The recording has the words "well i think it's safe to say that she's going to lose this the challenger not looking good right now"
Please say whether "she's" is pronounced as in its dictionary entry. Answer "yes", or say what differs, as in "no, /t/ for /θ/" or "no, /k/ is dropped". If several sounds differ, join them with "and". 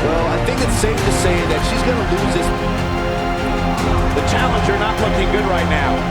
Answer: yes